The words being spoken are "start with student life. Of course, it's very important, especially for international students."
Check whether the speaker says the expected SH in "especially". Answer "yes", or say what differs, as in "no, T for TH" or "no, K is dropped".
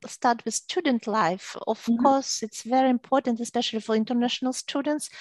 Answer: yes